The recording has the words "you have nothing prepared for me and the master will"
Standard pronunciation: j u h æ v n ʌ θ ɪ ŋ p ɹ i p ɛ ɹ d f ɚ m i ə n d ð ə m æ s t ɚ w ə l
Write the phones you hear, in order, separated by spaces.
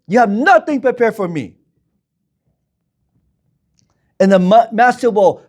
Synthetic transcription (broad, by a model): j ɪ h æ v n ʌ θ ɪ ŋ p ɹ i p ɛ ɹ d f ɚ m i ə n ð ə m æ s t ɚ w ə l